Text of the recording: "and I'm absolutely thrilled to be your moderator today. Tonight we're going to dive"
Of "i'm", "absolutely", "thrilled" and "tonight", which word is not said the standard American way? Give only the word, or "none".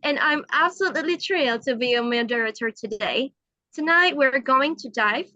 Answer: thrilled